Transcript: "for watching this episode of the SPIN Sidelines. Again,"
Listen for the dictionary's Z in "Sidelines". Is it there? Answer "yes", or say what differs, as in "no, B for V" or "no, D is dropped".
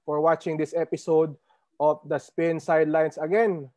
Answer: no, S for Z